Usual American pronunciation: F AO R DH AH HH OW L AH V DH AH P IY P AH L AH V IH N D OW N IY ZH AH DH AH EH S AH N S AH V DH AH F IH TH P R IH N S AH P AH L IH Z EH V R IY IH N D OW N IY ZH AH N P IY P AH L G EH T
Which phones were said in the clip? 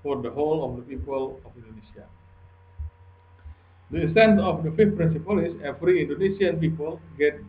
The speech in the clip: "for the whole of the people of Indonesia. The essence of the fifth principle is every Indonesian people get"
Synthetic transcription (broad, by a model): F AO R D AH HH OW L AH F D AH P IY P AH L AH F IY N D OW N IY S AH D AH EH S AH N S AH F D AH F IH F P R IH N S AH P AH L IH S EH F R IY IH N D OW N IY S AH N P IY P AH L G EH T